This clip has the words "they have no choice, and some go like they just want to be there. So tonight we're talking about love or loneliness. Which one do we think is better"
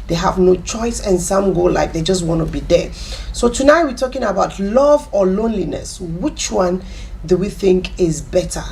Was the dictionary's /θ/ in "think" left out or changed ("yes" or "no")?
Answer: no